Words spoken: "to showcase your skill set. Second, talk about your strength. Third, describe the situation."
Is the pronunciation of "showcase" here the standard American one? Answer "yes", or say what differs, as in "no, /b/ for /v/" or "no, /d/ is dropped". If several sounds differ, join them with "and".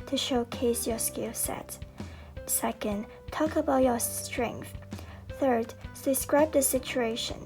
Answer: yes